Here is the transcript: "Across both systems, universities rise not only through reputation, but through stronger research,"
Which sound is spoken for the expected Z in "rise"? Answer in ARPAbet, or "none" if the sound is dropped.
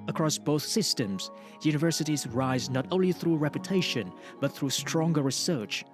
Z